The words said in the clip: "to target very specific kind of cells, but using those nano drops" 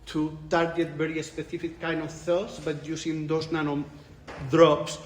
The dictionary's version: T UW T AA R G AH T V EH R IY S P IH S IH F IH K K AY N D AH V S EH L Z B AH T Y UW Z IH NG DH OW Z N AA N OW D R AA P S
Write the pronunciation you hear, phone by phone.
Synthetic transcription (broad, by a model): T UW T AA R G AH T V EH R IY S P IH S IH F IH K K AY N D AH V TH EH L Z B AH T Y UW S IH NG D OW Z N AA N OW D R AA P S